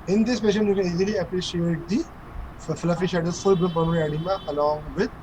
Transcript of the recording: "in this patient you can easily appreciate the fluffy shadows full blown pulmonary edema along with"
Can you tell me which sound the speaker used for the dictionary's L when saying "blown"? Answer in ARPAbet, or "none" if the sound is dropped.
none